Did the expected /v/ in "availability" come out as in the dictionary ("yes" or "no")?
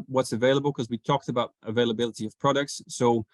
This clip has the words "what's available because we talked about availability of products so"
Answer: yes